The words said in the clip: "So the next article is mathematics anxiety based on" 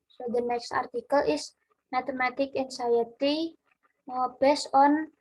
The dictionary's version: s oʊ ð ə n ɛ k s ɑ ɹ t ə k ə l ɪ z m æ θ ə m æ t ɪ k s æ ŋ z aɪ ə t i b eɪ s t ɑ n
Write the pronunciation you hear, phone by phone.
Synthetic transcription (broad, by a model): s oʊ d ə n ɛ k s ɑ ɹ t ə k ə l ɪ s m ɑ t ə m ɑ t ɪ k æ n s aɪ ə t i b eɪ s ɑ n